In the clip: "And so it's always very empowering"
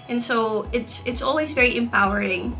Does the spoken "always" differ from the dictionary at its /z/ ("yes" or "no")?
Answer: no